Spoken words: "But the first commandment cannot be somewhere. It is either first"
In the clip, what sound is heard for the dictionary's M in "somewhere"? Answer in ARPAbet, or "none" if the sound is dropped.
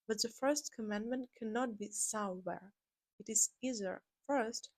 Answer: none